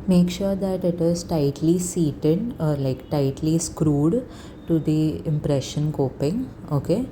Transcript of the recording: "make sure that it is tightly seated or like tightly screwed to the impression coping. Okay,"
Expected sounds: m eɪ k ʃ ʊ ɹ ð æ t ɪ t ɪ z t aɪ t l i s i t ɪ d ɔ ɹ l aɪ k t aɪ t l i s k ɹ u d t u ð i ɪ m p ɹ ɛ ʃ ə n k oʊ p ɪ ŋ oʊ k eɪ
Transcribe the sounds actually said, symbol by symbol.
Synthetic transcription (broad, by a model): m eɪ k ʃ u ɹ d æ t ɪ t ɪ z t aɪ t l i s i t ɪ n ɔ ɹ l aɪ k t aɪ t l i s k ɹ u d t u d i ɪ m p ɹ ɛ ʃ ə n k oʊ p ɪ ŋ oʊ k eɪ